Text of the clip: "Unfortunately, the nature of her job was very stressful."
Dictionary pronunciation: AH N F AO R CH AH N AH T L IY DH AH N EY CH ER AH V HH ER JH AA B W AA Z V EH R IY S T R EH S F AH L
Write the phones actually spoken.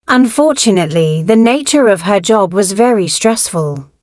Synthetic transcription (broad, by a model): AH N F AO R CH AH N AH T L IY DH AH N EY CH ER AH V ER JH AA B W AA Z V EH R IY S T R EH S F AH L